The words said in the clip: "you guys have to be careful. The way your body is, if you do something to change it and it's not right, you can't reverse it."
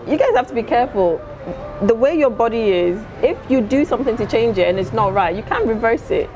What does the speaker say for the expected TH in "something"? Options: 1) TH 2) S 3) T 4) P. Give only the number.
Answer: 1